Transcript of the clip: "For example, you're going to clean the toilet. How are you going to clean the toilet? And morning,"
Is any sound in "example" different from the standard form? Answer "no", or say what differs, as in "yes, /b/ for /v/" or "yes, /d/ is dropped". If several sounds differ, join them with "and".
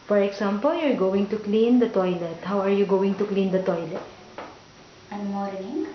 yes, /s/ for /z/